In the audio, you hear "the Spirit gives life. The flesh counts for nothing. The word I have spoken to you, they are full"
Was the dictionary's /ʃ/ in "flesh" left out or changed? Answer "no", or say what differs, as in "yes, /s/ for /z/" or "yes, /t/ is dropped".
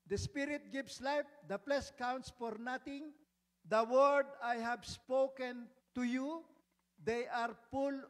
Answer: yes, /s/ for /ʃ/